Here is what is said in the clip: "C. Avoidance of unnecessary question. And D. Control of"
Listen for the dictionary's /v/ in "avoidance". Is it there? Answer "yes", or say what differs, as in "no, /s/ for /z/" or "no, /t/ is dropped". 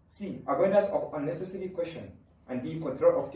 no, /w/ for /v/